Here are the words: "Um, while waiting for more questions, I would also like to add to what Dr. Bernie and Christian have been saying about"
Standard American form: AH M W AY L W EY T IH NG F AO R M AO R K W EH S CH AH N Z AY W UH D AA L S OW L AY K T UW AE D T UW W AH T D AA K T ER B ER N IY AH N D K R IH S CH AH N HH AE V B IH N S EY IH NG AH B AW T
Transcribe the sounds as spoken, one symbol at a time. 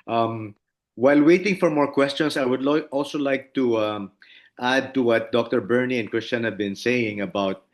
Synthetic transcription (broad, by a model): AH M W AY L W EY T IH NG F AO R M AO R K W EH S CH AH N S AY W UH D AA L S OW L AY K T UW AE D T UW W AH T D AA K T ER B ER N IY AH N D K R IH S CH AH N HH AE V B IH N S EY IH NG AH B AW T